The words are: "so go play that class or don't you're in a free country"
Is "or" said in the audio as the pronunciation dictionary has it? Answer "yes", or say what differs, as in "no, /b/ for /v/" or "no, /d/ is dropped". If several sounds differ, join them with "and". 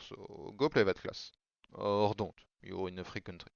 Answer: yes